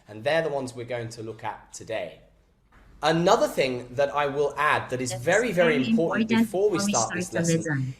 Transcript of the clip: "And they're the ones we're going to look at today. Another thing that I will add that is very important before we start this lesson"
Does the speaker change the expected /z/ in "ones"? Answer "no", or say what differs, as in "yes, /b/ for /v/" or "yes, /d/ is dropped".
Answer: no